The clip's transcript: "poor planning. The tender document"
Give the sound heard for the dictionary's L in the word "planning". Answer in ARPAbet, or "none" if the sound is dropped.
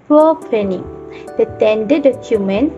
none